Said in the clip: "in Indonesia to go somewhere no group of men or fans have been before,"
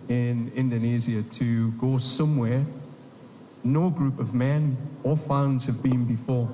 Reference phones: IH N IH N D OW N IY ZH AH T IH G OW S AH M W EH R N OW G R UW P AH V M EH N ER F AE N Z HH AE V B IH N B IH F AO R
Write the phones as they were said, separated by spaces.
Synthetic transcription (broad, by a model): IH N IH N D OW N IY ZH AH T IH G OW S AH M W EH R N OW G R UW P AH V M EH N ER F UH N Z HH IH V B IH N B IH F AO R